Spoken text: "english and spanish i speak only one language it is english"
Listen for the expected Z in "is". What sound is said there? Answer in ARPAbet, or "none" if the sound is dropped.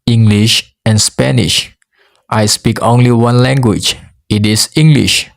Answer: S